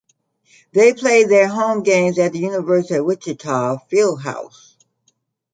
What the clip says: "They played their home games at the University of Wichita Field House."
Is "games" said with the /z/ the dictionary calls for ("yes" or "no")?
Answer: yes